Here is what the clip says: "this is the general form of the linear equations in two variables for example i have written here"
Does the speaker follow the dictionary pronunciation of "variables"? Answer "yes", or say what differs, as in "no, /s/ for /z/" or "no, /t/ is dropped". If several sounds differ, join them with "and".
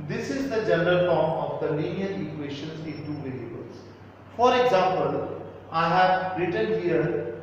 no, /l/ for /ɹ/